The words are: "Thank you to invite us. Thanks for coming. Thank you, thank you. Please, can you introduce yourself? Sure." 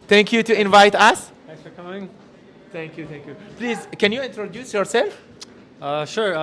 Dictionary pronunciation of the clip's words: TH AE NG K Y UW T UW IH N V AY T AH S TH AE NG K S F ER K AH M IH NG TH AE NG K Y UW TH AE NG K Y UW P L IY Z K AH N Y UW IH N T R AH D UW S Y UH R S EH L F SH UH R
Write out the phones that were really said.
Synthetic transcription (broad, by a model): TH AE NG K Y UW T UW IH N V AY T AH S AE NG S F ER K AH M IH NG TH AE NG K Y UW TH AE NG K Y UW P L IY Z K AH N Y UW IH N T R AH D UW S Y UH R S EH L F SH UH R